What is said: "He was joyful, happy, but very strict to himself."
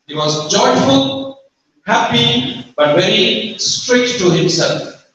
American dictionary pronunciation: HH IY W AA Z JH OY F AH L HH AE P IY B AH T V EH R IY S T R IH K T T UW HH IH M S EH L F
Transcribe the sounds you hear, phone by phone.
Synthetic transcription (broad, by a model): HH IY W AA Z JH OY F AH L HH AE P IY B AH T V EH R IY S T R IH K T T UW HH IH M S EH L F